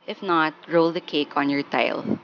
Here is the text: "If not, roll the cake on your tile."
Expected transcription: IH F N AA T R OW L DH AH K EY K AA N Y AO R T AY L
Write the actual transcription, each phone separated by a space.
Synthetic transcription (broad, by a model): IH F N AA T R OW L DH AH K EY K AA N Y AO R T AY L